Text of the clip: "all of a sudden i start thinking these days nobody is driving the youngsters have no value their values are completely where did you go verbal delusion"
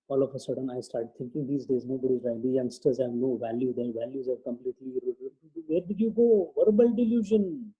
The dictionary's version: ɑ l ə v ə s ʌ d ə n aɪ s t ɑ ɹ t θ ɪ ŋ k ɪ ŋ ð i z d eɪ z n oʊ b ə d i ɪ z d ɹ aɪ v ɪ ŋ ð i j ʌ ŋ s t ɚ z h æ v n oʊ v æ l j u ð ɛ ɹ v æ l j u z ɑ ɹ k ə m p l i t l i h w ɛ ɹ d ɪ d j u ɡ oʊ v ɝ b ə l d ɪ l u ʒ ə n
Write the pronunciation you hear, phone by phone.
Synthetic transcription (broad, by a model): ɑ l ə f ə s ʌ d ə n aɪ s t ɑ ɹ t t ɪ ŋ k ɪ ŋ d i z d eɪ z n oʊ b ə d i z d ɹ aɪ ɪ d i j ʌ ŋ s t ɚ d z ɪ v n oʊ v æ l j u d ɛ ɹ v æ l j u z ɑ ɹ k ə m p l i t l i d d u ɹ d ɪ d j u ɡ oʊ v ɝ b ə l d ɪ l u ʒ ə n